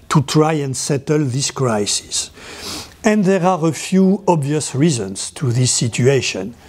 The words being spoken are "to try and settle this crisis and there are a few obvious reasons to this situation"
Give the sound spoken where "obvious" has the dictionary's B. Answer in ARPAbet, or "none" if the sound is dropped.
B